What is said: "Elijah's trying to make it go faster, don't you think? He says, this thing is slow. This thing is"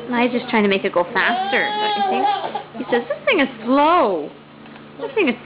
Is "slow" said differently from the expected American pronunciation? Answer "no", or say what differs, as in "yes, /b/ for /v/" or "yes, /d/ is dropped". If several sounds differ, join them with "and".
no